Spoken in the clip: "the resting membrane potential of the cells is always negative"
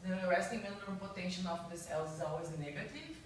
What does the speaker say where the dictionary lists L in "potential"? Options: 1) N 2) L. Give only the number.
1